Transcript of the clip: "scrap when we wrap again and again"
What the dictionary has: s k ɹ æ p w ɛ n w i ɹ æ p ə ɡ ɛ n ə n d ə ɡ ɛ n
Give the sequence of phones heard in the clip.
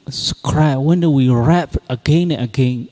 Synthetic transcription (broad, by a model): s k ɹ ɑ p w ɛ n w i ɹ æ p ə ɡ ɛ n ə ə ɡ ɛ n